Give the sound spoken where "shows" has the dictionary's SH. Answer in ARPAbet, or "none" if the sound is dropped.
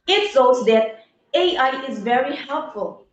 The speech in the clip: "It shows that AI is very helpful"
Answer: S